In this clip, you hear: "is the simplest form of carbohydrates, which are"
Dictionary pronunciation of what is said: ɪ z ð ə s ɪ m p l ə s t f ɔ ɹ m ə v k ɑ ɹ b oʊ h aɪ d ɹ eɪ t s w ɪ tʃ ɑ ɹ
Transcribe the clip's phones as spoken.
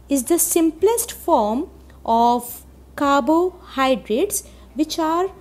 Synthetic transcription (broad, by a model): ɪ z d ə s ɪ m p l ə s t f ɔ ɹ m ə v k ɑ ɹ b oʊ h aɪ d ɹ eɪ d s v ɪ tʃ ɑ ɹ